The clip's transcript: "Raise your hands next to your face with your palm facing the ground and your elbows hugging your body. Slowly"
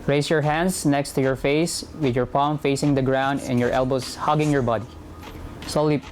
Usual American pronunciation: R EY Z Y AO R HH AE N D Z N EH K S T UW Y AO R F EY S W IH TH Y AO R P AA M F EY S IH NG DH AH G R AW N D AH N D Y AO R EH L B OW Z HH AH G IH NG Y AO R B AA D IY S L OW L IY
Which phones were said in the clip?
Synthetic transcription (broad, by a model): R EY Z Y AO R HH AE N D S N EH K S T UW Y AO R F EY S W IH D Y AO R P AA M F EY S IH NG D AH G R AW N D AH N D Y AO R EH L B OW S HH AH G IH NG Y AO R B AA D IY S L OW L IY